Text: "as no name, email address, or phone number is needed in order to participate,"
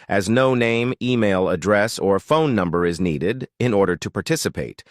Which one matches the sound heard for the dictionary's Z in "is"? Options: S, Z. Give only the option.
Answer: Z